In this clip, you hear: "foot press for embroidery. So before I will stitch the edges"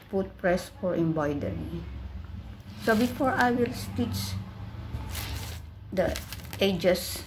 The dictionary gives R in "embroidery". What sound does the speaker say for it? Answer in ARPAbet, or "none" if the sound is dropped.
none